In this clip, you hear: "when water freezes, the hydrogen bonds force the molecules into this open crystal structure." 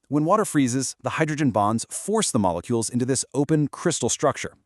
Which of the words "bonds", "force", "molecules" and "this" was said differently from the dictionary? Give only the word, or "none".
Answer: none